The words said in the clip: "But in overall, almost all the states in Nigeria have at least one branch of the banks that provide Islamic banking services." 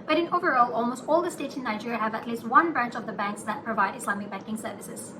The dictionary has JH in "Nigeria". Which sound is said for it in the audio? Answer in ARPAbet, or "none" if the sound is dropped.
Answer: JH